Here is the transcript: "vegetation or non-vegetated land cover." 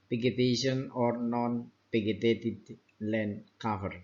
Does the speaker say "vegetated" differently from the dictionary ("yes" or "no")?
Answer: yes